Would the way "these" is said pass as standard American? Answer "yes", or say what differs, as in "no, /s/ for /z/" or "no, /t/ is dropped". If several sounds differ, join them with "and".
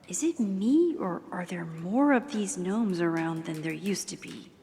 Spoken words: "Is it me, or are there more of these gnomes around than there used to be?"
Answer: yes